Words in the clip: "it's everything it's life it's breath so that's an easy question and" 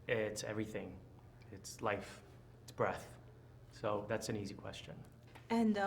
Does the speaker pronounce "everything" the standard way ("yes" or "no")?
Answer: yes